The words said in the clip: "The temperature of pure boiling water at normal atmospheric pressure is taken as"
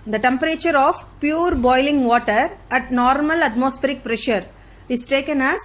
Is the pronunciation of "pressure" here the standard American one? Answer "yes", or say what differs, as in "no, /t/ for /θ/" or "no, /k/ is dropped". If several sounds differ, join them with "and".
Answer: yes